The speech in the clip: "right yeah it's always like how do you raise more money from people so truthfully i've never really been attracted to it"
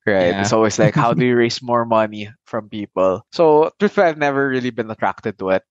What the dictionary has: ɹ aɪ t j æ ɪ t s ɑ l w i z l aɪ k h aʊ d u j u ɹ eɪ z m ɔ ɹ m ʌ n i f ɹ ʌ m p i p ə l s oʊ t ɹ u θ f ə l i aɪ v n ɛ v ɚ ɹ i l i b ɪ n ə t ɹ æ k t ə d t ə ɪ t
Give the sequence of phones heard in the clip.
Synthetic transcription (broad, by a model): ɹ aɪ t ɪ t s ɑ l w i s l aɪ k h aʊ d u j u ɹ eɪ s m ɔ ɹ m ʌ n i f ɹ ʌ m p i p ə l s oʊ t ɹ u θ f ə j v n ɛ v ɚ ɹ i l i b ɪ n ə t ɹ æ k t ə d t ə ɪ t